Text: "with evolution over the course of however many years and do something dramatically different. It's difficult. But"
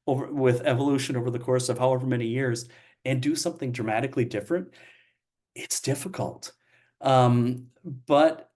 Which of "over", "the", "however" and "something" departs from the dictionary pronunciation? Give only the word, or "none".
none